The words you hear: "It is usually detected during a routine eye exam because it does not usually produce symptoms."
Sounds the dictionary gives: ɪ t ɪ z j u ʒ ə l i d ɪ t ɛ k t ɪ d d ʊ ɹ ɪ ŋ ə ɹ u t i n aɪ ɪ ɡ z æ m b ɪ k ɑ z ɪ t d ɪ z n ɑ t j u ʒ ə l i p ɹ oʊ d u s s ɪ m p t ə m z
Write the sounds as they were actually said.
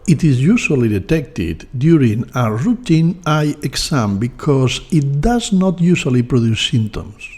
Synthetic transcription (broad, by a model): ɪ t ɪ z j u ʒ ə l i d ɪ t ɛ k t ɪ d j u ɹ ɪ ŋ ə ɹ u t i n aɪ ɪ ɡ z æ m b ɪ k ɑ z ɪ t d ɪ z n ɑ t j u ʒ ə l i p ɹ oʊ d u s s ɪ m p t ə m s